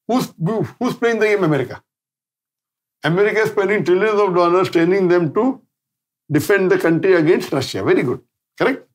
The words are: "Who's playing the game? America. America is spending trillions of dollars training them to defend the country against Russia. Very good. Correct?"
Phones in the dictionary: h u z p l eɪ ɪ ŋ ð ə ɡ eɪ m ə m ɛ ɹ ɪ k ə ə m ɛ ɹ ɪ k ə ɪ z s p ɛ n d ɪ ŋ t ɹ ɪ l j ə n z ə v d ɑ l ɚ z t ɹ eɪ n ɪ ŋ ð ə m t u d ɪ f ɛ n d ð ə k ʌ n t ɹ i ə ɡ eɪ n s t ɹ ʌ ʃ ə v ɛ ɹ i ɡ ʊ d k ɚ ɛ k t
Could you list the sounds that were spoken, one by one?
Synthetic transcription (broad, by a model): h u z p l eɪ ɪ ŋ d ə ɡ eɪ m ə m ɛ ɹ ɪ k ə ə m ɛ ɹ ɪ k ə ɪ s p ɛ n d ɪ ŋ t ɹ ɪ l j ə n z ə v d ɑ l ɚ s t eɪ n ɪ ŋ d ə m t u d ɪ f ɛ n d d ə k ʌ n t ɹ i ə ɡ eɪ n s t ɹ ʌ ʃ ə v ɛ ɹ i ɡ ʊ d k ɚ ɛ k t